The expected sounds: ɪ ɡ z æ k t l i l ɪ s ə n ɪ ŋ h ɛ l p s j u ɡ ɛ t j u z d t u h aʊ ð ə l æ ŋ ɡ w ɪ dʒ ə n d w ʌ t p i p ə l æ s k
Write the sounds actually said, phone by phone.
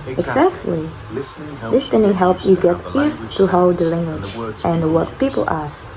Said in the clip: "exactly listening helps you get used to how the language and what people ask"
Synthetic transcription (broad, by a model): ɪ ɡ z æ k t l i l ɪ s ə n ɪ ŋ h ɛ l p j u ɡ ɛ t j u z t u h aʊ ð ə l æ ŋ ɡ w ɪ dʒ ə n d w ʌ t p i p ə l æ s